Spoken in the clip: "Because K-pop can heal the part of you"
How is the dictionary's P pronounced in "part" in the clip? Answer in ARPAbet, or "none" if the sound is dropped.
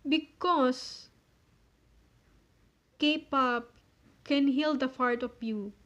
F